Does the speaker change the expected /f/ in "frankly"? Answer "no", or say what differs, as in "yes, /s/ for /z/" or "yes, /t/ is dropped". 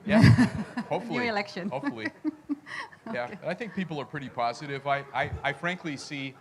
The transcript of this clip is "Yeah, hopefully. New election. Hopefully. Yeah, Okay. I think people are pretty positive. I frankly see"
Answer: no